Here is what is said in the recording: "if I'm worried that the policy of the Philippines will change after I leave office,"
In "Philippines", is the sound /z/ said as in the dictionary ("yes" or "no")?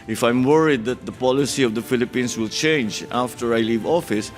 no